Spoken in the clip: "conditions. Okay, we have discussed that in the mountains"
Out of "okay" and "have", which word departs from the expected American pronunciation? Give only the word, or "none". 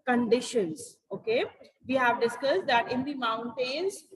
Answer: none